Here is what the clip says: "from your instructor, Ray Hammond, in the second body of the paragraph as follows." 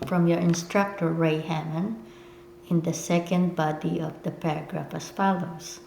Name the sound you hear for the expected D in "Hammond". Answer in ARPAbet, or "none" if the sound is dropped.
none